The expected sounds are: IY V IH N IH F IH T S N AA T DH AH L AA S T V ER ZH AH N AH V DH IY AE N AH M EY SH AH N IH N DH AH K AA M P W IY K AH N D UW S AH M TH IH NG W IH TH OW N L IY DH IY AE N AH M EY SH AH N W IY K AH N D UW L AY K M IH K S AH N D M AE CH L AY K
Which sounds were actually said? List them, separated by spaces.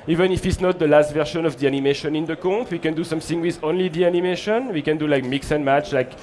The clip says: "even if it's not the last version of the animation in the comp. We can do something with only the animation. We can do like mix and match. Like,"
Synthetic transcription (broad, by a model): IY V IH N IH F IH T S N AA T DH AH L AA S T V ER SH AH N AH V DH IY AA N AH M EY SH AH N IH N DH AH K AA P W IY K AH N D UW S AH M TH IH NG W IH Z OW N L IY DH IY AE N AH M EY SH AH N W IY K AH N D UW L AY K M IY K S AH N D M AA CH L AY K